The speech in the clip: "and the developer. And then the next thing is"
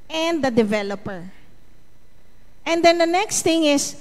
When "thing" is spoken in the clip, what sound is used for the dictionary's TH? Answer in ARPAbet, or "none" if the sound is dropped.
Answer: T